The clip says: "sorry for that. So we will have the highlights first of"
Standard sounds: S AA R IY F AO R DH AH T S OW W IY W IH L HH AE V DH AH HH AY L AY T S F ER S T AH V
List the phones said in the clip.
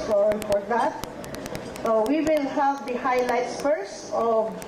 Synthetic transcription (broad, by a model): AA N F AO R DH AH T S OW W IY W IH L HH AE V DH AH HH AY L AY T S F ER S AH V